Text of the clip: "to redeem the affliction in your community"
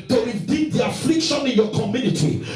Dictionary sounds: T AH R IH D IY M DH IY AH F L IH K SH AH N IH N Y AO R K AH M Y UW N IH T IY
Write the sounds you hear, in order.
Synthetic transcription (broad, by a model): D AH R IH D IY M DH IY AH F L IH K SH AH N IH N Y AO K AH M Y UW N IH T IY